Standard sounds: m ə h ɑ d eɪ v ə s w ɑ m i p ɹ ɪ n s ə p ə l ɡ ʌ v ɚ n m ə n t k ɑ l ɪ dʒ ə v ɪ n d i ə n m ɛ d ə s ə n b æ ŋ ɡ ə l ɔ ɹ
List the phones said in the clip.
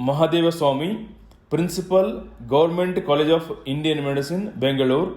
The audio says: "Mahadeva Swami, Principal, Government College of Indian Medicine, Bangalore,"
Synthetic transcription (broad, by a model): m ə h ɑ d eɪ v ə s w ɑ m i p ɹ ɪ n s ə p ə l ɡ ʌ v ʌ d m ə n t k ɑ l ɪ dʒ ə p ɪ n d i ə n m ɛ d ə s ə n b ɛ ŋ ɡ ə l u ɹ